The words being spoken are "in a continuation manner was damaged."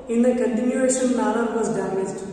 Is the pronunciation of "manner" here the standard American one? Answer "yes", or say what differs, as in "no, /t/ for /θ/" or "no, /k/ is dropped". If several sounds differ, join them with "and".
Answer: no, /l/ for /n/